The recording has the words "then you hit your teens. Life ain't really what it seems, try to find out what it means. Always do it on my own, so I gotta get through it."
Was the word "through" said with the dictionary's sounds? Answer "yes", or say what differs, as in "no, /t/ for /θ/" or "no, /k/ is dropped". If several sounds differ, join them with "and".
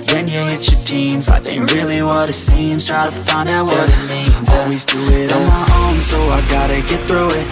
yes